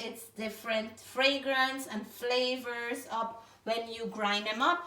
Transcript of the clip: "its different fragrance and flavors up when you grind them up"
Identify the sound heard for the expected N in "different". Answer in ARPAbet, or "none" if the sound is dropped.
N